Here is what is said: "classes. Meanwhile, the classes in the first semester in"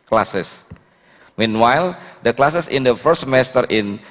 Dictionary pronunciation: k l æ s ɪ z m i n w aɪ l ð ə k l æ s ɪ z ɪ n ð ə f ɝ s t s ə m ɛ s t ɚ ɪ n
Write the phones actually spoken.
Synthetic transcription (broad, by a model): k l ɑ s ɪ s m i n w aɪ l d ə k l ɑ s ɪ s ɪ n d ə f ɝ t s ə m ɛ s t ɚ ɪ n